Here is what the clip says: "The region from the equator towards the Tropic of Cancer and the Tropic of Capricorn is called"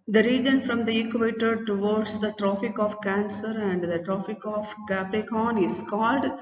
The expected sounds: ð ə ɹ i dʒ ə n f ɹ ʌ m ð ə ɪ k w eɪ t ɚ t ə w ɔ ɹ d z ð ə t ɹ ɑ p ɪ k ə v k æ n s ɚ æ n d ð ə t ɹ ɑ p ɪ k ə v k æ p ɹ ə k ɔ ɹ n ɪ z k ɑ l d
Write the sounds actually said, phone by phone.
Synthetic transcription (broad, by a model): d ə ɹ i dʒ ə n f ɹ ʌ m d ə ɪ k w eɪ t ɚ t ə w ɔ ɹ d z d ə t ɹ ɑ f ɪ k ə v k æ n s ɚ æ n d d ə t ɹ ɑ f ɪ k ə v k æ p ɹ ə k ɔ n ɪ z k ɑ l d